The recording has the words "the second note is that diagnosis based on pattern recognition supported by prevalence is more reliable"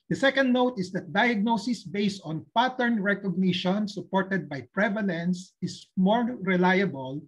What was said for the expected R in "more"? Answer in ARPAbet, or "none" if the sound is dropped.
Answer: R